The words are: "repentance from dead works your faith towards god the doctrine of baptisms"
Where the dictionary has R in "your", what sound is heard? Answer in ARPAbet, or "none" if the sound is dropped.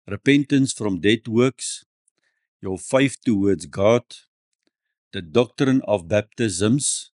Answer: L